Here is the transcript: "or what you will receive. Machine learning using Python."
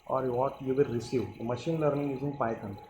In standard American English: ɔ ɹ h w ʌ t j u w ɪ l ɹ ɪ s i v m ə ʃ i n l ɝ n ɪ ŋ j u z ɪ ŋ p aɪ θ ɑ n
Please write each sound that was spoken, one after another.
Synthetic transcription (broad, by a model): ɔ ɹ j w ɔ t j u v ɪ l ɹ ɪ s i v m ə ʃ i n l ɝ n ɪ ŋ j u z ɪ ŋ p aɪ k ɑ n